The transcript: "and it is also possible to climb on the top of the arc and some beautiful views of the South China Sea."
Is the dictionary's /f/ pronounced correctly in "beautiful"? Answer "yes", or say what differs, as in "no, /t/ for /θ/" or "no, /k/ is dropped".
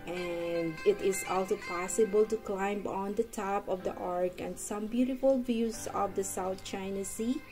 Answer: yes